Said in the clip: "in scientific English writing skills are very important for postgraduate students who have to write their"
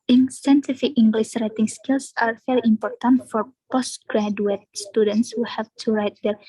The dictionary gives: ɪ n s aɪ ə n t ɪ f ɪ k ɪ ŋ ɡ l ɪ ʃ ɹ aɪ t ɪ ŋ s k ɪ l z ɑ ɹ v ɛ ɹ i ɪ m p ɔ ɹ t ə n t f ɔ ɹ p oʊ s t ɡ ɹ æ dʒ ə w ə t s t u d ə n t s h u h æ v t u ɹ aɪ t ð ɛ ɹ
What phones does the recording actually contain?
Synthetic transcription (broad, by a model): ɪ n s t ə n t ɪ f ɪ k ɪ ŋ ɡ l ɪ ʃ ɹ aɪ t ɪ ŋ s k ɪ l s ɑ ɹ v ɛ ɹ i ɪ m p ɔ ɹ t ə n t f ɔ ɹ p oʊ s t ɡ ɹ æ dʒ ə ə t s t u d ə n t s h u h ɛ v t u ɹ aɪ t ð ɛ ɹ